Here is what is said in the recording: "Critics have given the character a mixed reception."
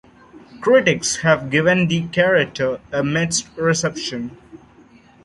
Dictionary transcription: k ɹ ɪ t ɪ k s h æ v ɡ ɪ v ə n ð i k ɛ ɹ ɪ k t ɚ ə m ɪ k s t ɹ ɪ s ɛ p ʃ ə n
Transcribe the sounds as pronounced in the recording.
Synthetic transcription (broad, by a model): k ɹ ɪ t ɪ k s h æ v ɡ ɪ v ə n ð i k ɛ ɹ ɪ k t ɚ ə m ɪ s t ɹ ɪ s ɛ p ʃ ə n